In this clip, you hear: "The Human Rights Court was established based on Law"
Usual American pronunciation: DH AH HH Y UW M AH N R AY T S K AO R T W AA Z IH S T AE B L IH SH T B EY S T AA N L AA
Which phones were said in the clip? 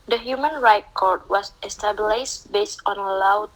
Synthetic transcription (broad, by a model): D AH HH Y UW M AH N R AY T K AO R T W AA S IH S T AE B L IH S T B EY S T AA N L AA